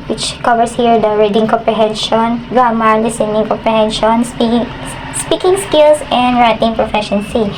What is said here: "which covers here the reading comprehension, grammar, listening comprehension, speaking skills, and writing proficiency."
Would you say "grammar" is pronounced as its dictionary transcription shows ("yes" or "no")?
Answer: no